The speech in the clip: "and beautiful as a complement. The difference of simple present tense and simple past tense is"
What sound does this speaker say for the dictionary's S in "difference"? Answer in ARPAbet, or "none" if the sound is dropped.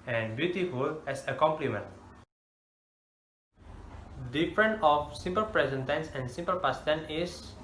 none